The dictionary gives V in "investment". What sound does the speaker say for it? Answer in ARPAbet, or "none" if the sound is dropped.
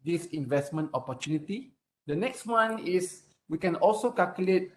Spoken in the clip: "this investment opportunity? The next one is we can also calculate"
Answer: V